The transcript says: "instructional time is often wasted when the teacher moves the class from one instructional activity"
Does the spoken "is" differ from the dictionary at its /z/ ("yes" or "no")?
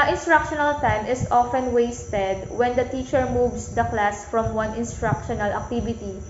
yes